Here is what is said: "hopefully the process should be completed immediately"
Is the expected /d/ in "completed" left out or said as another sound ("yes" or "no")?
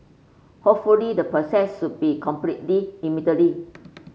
yes